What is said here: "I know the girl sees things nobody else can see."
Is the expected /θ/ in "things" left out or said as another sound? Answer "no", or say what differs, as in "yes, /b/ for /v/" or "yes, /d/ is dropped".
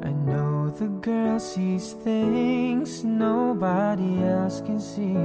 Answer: no